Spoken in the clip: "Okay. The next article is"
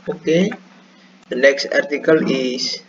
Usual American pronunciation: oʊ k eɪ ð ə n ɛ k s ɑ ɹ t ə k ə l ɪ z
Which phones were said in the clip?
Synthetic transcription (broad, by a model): oʊ k eɪ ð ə n ɛ k s ɑ ɹ t ə k ə l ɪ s